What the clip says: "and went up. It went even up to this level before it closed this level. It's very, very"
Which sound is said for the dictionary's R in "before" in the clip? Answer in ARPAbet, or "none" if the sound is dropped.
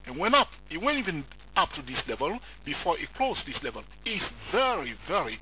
R